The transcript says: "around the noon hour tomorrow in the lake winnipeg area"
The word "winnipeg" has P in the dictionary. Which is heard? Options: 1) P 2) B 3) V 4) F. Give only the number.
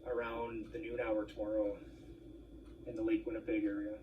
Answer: 2